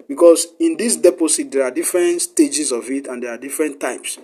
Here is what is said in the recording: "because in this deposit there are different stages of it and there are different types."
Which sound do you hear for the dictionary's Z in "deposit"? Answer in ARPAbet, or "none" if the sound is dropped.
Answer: S